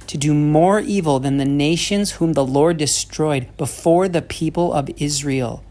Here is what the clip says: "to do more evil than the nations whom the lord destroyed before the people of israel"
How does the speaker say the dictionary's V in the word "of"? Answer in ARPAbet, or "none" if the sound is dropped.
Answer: V